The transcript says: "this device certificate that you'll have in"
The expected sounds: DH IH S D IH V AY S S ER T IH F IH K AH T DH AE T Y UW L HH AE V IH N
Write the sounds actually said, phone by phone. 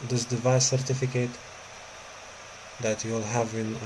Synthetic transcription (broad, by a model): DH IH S D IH V AY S S ER T IH F IH K AH T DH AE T Y UW L HH AE V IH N